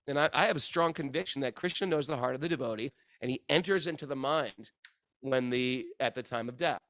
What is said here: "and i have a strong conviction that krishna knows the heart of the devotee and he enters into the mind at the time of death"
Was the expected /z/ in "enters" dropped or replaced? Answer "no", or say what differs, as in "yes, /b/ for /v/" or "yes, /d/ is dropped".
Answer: no